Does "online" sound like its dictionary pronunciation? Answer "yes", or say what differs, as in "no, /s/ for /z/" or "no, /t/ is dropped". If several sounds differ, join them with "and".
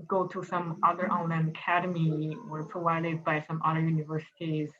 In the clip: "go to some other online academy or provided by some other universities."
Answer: no, /l/ is dropped